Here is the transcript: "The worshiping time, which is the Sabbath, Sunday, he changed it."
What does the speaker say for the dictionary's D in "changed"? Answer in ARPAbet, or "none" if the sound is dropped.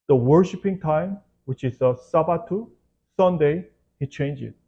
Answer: none